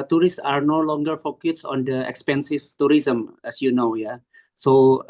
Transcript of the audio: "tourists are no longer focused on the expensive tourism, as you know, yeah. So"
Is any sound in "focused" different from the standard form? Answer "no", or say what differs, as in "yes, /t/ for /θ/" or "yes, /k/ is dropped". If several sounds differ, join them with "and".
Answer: yes, /t/ is dropped